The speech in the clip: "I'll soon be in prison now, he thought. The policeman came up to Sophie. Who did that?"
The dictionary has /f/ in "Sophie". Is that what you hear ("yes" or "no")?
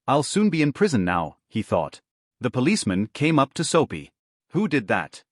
no